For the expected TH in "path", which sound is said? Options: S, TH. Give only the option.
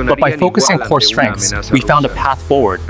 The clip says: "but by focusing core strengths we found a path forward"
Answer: TH